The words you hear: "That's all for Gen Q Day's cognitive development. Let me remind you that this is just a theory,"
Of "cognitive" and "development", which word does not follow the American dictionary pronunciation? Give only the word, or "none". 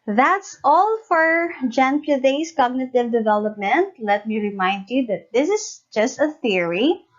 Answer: none